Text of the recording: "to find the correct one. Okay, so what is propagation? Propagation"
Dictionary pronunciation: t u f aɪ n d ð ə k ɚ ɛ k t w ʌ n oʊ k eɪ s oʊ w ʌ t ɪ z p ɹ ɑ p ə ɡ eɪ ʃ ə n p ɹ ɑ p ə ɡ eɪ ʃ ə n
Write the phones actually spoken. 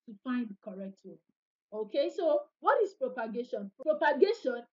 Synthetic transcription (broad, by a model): t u f aɪ n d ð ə k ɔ ɛ k t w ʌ oʊ k eɪ s oʊ w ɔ t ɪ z p ɹ ɑ p ə ɡ eɪ ʃ ə n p ɹ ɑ p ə ɡ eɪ ʃ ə n